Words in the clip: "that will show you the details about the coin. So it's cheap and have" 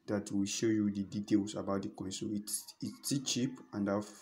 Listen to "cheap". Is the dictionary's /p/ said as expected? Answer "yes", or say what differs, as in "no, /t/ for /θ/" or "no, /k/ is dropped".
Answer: yes